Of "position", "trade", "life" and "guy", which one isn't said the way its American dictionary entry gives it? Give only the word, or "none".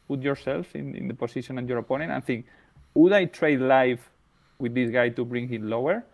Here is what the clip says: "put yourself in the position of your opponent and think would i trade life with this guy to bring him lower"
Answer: position